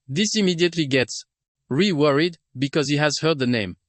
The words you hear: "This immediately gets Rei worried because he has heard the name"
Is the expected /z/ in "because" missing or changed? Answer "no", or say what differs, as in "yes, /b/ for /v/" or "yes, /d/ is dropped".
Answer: no